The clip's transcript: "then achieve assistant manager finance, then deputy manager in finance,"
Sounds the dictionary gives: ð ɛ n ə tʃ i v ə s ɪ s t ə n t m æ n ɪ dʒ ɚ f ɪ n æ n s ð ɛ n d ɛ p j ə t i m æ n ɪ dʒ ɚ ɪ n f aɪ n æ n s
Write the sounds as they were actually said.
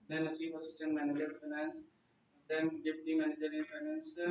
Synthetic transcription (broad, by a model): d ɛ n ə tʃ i p ə s ɪ s t ə n t m æ n ɪ dʒ ɚ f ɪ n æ n s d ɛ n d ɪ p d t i m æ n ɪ dʒ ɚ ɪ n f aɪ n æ n s